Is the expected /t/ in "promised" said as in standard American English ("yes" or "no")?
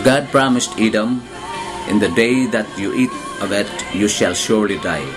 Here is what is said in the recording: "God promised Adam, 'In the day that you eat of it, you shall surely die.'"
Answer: yes